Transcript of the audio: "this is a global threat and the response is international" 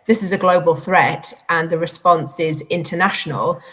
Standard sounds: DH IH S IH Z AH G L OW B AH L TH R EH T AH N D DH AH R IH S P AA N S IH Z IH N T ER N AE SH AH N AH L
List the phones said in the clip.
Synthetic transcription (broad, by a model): DH IH S IH Z AH G L OW B AH L TH R EH T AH N DH AH R IH S P AA N S IH Z IH N T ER N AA SH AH N AH L